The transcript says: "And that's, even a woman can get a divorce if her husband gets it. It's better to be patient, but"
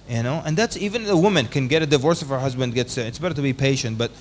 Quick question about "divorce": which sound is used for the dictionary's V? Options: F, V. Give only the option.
V